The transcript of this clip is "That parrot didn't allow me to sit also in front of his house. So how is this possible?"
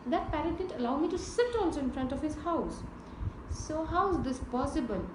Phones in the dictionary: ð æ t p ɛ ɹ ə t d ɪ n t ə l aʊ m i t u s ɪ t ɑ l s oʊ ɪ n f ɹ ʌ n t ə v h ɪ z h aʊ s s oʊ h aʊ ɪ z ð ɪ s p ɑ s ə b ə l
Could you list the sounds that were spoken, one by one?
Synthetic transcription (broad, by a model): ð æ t p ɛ ɹ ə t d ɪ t ə l aʊ m i t u s ɪ t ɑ n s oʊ ɪ n f ɹ ʌ n t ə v h ɪ z h aʊ s s oʊ h aʊ ɪ z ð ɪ s p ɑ s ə b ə l